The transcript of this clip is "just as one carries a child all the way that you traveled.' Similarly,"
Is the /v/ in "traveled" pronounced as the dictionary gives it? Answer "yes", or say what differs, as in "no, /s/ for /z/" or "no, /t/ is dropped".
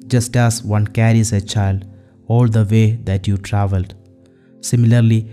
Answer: yes